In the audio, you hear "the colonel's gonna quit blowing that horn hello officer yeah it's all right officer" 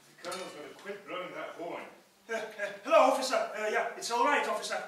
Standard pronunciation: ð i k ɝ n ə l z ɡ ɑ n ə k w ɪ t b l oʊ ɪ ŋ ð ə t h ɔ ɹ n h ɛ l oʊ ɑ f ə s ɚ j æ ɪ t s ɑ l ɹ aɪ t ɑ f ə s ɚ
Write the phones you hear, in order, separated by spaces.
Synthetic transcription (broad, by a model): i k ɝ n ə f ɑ ə k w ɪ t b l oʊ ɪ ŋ ð ə t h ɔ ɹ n h ɛ l oʊ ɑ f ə s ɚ j æ ɪ t s ɑ l ɹ aɪ t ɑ f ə s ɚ